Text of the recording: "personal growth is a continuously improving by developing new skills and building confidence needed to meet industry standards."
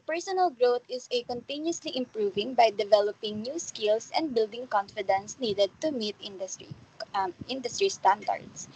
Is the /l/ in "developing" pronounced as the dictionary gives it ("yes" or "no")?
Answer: yes